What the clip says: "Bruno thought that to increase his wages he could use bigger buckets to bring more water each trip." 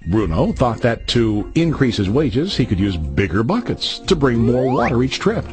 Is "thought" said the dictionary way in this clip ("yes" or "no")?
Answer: yes